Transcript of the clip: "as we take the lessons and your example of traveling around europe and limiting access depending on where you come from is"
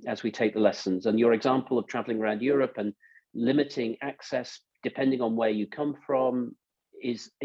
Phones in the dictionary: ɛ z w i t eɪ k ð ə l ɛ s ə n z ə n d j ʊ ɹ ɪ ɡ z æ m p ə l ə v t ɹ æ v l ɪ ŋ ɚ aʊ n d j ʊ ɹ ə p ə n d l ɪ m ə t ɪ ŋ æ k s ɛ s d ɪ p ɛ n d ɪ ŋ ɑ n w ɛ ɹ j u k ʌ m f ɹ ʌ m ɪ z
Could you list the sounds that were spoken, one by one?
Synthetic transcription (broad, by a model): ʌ z w i t eɪ k ð ə l ɛ s ə n z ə n j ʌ ɹ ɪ ɡ z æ m p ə l ə v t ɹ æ v l ɪ ŋ ɚ aʊ n d j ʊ ɹ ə p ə n l ɪ m ə t ɪ ŋ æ k s ɛ s d ɪ p ɛ n d ɪ ŋ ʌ n w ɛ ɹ j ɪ k ʌ m f ɹ ʌ m ɪ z